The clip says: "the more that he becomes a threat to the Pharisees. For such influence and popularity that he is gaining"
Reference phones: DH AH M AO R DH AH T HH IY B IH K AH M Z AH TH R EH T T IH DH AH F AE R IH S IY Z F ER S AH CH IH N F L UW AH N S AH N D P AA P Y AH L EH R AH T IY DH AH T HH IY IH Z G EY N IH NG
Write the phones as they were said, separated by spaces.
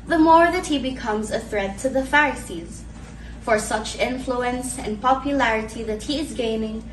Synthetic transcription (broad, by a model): DH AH M AO R DH AH T HH IY B IH K AH M Z AH TH R EH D T IH DH AH F AE R IH S IY Z F ER S AH CH IH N F L UW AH N S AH N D P AA P Y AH L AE R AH T IY DH AH T HH IY IH Z G EY N IH NG